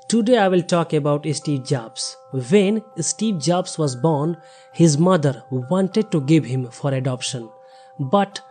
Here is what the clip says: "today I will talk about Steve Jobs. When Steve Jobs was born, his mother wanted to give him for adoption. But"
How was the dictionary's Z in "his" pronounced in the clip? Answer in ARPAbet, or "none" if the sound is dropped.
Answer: Z